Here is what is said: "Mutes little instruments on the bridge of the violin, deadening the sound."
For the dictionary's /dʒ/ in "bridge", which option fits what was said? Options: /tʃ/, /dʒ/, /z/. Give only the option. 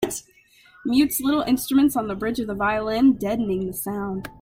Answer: /dʒ/